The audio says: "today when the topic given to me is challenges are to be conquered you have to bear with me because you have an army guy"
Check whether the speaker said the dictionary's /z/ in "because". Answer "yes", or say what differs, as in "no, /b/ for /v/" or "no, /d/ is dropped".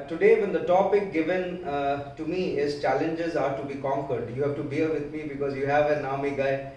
yes